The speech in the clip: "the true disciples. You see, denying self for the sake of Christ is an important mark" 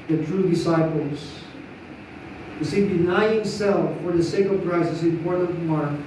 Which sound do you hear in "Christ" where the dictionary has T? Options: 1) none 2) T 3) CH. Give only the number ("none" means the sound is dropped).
1